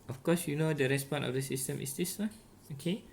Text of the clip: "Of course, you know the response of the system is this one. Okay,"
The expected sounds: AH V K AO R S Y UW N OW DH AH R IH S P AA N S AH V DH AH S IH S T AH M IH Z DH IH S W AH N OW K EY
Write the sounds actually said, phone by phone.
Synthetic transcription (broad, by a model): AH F K AO S Y UW N OW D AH R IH S P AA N AH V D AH S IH S T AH M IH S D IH S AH OW K EY